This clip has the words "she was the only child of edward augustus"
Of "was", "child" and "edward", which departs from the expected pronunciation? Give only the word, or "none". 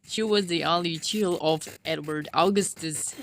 child